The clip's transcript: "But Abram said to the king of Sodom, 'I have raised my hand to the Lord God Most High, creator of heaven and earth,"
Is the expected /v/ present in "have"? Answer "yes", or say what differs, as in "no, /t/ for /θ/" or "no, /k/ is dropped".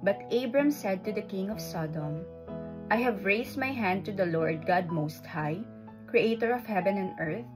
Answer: yes